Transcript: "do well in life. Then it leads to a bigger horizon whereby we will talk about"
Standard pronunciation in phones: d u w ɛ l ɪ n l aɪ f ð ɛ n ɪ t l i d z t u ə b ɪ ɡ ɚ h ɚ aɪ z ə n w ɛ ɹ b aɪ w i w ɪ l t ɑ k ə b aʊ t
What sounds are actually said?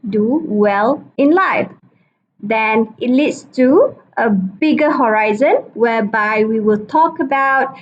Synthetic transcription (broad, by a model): d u w ɛ l ɪ n l aɪ f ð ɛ n ɪ t l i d s t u ə b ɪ ɡ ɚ h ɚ aɪ z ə n w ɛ b aɪ w i w ɪ l t ɑ k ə b aʊ t